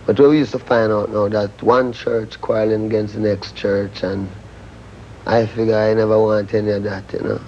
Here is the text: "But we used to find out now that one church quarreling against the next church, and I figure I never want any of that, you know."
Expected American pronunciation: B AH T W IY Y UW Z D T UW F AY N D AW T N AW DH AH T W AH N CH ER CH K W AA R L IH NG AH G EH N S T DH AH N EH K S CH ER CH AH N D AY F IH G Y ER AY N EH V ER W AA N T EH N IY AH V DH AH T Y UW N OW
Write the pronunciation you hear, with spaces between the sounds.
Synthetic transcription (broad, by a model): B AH T W IY Y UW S T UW F AY N D AW T N AW DH AH T W AH N CH ER CH K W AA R L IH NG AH G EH N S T DH AH N EH K S CH ER CH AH N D AY F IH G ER AY N EH V ER W AA N T EH N IY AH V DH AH T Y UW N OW